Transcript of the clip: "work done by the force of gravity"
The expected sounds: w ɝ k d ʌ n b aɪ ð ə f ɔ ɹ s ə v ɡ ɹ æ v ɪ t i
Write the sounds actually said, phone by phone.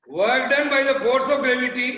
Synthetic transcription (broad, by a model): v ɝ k d ʌ n b aɪ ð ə p ɔ ɹ s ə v ɡ ɹ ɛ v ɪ t i